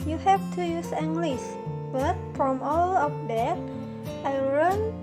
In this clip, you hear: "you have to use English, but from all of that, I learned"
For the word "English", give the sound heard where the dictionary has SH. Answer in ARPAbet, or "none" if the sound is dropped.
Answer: S